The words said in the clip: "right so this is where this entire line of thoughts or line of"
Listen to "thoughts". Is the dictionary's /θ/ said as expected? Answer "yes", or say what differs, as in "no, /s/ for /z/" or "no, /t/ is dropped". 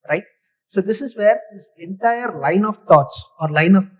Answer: no, /t/ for /θ/